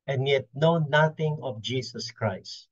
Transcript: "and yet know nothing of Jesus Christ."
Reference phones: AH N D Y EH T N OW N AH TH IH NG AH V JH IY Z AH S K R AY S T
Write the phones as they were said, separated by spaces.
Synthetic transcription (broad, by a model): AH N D Y EH T N OW N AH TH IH NG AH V JH IY S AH S K R AY S T